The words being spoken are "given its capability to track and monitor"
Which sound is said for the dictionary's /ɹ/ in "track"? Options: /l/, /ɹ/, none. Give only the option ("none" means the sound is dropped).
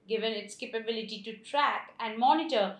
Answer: /ɹ/